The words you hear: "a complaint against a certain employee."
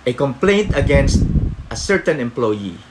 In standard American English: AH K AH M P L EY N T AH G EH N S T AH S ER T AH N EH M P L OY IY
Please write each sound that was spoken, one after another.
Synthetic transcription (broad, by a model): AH K AH M P L EY N T AH G EH N S T AH S ER T AH N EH M P L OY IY